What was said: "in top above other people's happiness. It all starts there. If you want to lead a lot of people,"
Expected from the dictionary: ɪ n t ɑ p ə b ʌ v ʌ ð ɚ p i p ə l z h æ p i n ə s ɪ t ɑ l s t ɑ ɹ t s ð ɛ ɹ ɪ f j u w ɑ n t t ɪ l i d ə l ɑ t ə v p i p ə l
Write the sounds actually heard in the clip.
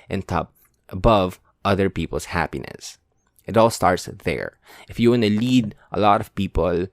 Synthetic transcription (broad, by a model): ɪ n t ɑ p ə b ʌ v ʌ ð ɚ p i p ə l s h æ p i n ə s ɪ t ɑ l s t ɑ ɹ t s ð ɛ ɹ ɪ f j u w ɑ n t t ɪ l i d ə l ɑ t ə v p i p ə l